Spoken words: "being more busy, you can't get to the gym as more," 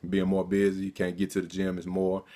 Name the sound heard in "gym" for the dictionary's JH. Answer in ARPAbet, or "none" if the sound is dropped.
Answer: JH